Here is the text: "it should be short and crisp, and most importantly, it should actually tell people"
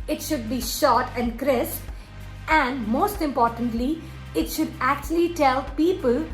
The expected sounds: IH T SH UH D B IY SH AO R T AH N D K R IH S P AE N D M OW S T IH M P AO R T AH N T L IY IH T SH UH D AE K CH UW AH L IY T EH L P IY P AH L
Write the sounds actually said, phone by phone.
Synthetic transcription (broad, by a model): IH T SH UH D B IY SH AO T AH N D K R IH S AE N D M OW S T IH M P AO R T AH N T L IY IH T SH UH D AE K CH UW AH L IY T EH L P IY P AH L